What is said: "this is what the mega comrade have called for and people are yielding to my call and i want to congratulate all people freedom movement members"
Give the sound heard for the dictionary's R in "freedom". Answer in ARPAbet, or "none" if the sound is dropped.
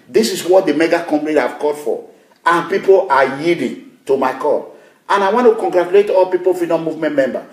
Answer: none